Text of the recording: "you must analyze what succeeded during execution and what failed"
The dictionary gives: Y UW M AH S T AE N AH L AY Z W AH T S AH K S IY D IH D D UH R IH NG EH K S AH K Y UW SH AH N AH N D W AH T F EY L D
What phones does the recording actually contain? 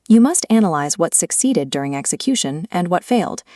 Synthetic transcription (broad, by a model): Y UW M AH S T AE N AH L AY Z W AH T S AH K S IY D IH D D UH R IH NG EH K S AH K Y UW SH AH N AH N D W AH T F EY L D